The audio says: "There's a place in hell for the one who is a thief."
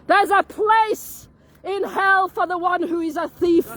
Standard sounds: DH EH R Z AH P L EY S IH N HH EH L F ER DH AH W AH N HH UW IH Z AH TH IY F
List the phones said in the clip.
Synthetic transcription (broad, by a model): DH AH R Z AH P L EY S IH N HH EH L F ER DH AH W AH N HH UW IH Z AH TH IY F